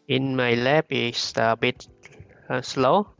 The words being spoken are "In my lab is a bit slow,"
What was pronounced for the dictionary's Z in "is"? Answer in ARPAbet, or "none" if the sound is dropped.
S